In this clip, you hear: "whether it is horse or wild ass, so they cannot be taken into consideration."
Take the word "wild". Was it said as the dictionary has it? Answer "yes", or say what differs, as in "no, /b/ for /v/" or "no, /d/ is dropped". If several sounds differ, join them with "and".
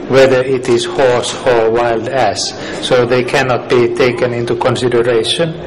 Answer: yes